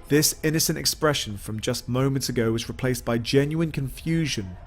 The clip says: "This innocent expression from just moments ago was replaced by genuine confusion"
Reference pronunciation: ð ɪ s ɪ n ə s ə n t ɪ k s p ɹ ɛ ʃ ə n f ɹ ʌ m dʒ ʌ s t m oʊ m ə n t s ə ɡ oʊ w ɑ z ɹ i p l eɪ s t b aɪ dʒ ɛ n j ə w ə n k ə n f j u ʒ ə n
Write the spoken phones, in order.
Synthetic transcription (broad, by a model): ð ɪ s ɪ n ə s ə n t ɪ k s p ɹ ɛ ʃ ə n f ɹ ʌ m dʒ ʌ s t m oʊ m ə n t s ə ɡ oʊ w ɑ z ɹ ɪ p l eɪ s b aɪ dʒ ɛ n j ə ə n k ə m f j u ʒ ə n